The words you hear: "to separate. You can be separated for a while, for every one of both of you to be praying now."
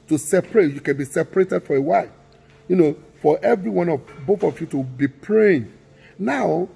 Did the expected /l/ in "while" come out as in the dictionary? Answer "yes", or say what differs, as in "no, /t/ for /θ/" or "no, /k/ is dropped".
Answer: no, /n/ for /l/